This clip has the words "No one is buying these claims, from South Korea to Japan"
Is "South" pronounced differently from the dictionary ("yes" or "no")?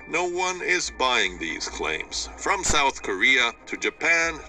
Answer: no